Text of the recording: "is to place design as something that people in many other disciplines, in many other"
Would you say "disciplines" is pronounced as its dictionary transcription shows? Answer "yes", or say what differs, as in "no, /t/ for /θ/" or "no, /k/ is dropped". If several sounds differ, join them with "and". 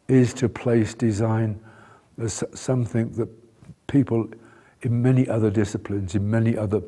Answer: yes